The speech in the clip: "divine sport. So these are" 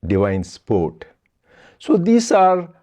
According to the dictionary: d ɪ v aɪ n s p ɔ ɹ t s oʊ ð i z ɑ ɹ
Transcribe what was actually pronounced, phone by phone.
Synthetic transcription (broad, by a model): d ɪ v aɪ n s p ɔ ɹ t s oʊ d i s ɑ ɹ